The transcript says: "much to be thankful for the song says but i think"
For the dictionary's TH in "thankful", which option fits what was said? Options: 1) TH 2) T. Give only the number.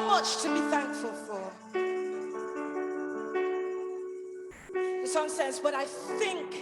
1